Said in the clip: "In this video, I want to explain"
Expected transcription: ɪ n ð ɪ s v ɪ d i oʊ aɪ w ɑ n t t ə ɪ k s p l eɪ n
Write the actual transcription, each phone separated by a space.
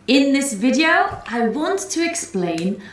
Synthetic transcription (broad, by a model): ɪ n ð ɪ s v ɪ d i oʊ aɪ w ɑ n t t ə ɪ k s p l eɪ n